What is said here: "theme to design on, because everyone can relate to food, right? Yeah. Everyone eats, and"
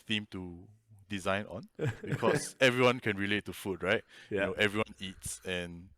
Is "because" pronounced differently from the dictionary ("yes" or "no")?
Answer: yes